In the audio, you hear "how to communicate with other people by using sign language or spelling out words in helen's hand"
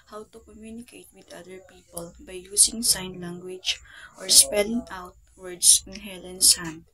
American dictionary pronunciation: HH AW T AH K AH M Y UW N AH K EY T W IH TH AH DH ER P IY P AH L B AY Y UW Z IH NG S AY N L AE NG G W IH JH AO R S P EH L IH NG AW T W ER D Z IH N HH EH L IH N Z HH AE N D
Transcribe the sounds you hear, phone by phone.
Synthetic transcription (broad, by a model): HH AW T AH K AH M Y UW N AH K EY T W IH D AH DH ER P IY P AH L B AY Y UW S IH NG S AY N L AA NG G W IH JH AO R S P EH L IH NG AW T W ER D S IH N HH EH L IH N S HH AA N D